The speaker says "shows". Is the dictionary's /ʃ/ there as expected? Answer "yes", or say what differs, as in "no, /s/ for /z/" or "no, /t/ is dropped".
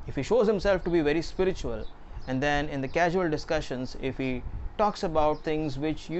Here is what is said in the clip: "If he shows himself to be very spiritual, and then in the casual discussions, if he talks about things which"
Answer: yes